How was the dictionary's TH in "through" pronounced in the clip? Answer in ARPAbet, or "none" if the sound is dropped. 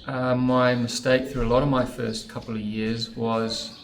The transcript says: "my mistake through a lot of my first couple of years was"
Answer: TH